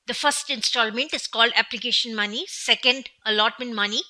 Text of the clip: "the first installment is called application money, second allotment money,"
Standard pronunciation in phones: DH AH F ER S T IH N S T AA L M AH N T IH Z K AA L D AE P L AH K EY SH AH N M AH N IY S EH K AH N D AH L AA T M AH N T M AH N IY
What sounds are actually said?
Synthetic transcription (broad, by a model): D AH F ER S T IH N S T AA L M AH N T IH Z K AA L D AE P L AH K EY SH AH N M AH N IY S EH K AH N D AH L AA T M AH N T M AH N IY